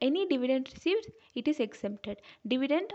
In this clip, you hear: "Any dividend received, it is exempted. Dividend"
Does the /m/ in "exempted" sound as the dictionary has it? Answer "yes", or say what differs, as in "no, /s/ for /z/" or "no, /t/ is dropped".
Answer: no, /m/ is dropped